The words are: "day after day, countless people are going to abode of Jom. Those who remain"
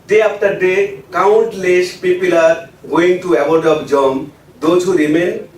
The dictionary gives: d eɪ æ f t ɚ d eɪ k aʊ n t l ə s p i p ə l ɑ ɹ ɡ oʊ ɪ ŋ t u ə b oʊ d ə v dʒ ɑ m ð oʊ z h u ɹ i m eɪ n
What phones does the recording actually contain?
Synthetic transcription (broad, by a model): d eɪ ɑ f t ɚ d eɪ k aʊ n t l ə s p i p ə l ɑ ɹ ɡ oʊ ɪ ŋ t u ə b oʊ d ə b dʒ ɑ m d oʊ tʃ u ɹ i m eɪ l